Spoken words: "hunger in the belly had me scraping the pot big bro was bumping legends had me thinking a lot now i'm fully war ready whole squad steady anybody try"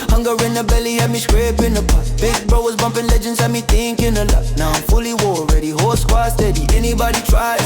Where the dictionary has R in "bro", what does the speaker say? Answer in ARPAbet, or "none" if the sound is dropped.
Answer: R